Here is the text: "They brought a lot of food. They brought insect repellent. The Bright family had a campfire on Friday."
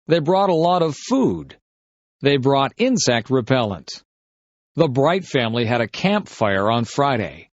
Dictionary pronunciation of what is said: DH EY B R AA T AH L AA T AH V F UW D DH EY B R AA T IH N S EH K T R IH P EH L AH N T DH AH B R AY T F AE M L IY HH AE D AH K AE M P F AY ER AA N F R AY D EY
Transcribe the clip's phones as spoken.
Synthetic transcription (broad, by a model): DH EY B R AA T AH L AA T AH V F UW D DH EY B R AA T IH N S EH K T R IH P EH L AH N T DH AH B R AY T F AE M L IY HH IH D AH K AE M P F AY ER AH N F R AY D EY